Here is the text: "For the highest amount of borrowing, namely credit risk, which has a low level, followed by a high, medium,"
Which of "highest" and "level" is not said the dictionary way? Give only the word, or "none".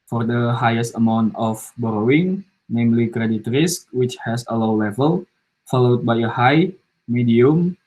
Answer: none